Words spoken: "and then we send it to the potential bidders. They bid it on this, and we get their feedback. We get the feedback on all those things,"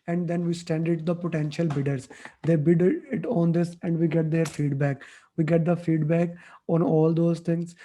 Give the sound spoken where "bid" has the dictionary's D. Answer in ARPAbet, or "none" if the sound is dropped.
D